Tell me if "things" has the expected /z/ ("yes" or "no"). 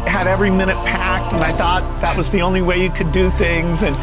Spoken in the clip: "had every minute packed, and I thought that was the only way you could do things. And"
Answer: yes